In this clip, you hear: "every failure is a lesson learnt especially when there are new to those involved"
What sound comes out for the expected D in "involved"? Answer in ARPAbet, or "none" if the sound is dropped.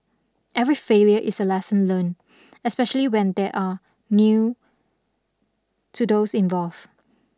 none